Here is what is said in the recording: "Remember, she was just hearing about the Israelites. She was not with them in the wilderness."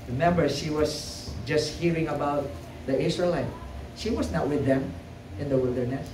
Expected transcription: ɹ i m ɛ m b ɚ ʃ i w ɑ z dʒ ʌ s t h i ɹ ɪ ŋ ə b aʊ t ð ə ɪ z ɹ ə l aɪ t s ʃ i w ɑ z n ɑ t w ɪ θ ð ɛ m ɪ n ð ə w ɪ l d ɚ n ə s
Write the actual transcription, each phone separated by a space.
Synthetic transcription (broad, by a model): ɹ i m ɛ m b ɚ ʃ i w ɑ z dʒ ʌ s t h i ɹ ɪ ŋ ə b aʊ t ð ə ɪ s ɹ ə l aɪ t ʃ i w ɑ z n ɑ t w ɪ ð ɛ m ɪ n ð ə w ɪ l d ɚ n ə s